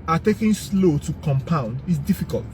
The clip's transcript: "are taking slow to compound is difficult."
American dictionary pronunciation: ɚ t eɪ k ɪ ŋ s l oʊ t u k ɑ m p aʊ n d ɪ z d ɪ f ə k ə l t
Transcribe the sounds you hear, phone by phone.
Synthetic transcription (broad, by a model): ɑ t eɪ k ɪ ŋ s l oʊ t u k ɑ m p aʊ n d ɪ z d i f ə k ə l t